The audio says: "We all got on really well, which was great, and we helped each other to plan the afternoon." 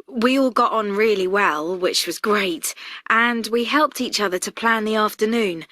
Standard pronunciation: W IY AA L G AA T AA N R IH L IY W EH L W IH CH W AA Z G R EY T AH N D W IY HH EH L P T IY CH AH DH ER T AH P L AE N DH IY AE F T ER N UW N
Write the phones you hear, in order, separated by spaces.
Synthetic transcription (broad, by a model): W IY AA L G AA T N R IH L IY W EH L W IH CH W AA Z G R EY T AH N W IY HH EH L P T IY CH AH DH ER T AH P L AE N DH IY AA F T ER N UW N